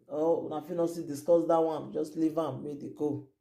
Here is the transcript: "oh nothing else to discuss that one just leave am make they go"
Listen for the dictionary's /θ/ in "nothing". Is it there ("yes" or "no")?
no